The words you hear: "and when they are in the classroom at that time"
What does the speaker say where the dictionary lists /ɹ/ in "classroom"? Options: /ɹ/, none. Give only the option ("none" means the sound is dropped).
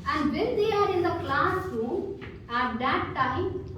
none